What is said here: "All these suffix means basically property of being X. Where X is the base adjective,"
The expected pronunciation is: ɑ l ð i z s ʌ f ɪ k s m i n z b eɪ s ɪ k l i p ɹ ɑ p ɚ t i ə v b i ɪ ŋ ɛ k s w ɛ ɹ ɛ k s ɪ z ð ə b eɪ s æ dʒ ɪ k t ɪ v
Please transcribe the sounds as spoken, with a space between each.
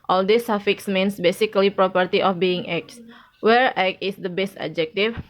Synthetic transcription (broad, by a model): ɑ l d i s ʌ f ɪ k s m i n s b eɪ s ɪ k l i p ɹ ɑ p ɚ t i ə f b i ɪ ŋ ɛ k s w ɛ ɹ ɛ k ɪ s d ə b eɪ s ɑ dʒ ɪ k t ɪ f